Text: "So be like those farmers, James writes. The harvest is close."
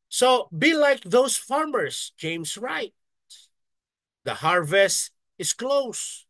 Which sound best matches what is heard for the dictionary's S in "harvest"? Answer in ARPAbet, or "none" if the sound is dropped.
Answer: S